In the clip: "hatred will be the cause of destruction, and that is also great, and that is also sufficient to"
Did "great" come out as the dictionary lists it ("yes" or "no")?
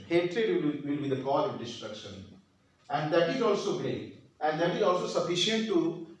no